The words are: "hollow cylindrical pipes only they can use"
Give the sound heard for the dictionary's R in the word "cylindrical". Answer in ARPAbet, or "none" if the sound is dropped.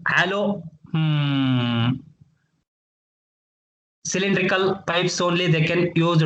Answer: R